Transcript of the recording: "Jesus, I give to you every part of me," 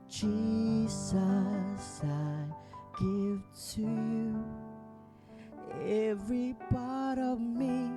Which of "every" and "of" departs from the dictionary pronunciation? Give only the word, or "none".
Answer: none